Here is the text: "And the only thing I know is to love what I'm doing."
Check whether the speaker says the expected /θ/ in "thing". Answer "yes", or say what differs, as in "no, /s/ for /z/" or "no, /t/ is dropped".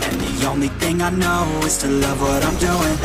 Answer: yes